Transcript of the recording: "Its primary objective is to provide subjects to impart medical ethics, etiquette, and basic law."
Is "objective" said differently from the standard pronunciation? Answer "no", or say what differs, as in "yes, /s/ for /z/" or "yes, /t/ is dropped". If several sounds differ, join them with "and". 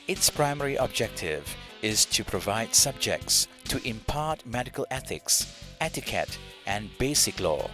no